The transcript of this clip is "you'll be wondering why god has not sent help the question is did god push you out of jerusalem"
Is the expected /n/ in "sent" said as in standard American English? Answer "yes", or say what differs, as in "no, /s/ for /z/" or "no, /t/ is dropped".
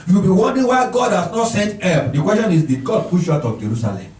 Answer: yes